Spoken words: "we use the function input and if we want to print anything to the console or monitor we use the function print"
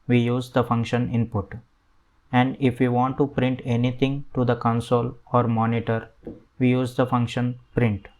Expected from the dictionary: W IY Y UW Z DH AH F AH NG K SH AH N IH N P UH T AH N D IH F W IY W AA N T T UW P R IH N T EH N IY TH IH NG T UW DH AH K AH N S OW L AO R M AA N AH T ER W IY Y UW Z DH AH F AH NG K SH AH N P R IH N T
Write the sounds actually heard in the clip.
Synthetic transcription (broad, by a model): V IY Y UW Z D AH F AH NG K SH AH N IH N P UH T AH N D IH F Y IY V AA N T T UW P R IH N T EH N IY T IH NG T UW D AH K AH N S OW L AO R M AA N AH T ER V IY Y UW Z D AH F AH NG K SH AH N P R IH N T